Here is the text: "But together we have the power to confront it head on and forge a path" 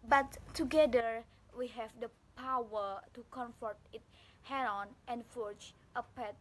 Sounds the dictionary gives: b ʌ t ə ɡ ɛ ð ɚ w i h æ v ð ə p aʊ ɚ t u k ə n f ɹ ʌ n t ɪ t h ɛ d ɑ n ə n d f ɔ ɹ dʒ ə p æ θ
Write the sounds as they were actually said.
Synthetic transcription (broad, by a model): b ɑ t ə ɡ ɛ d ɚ w i h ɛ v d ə p aʊ ɚ t u k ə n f ʌ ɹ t ɪ t h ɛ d ɑ n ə n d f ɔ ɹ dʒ ə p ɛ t